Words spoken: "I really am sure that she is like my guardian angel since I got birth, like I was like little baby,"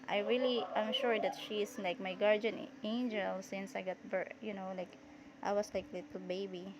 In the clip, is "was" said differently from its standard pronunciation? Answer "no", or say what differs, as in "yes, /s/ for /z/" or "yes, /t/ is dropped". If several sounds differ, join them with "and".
yes, /s/ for /z/